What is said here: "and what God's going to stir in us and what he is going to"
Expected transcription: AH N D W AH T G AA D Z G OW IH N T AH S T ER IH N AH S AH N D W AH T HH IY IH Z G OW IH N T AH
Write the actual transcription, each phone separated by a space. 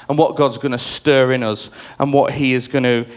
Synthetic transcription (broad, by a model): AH N W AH T G AA D Z G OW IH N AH S T ER IH N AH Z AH N W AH T HH IY IH Z G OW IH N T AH